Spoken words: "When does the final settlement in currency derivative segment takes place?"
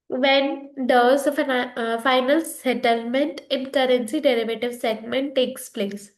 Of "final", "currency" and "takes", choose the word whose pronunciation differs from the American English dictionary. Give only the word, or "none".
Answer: none